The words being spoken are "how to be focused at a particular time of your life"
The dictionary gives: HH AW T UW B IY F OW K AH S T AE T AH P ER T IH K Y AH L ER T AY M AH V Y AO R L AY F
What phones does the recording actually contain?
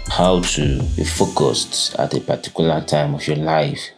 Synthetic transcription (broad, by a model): HH AW T UW B IY F OW K AH S T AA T AH P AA T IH K Y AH L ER T AY M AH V Y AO L AY F